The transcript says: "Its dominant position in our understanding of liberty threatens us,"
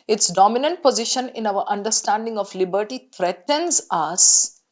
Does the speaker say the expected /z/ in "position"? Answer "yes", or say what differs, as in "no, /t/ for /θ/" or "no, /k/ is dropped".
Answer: yes